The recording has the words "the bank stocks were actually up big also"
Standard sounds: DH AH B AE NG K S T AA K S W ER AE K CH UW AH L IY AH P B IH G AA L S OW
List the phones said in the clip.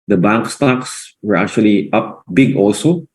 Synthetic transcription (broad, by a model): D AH B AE NG K S T AA K S W ER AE K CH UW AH L IY AH P B IH G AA L S OW